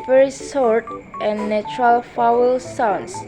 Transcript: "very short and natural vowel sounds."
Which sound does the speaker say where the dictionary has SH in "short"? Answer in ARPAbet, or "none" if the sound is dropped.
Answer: S